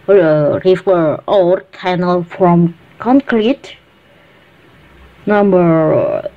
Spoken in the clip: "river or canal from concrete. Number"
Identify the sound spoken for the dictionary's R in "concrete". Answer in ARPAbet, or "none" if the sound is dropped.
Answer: L